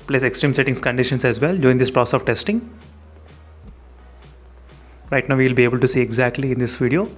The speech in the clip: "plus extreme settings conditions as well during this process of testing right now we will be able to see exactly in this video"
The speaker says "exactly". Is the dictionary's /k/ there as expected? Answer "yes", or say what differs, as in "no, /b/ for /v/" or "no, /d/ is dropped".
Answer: yes